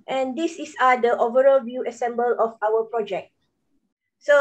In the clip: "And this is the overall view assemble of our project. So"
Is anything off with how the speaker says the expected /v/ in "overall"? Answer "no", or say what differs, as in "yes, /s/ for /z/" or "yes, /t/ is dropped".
no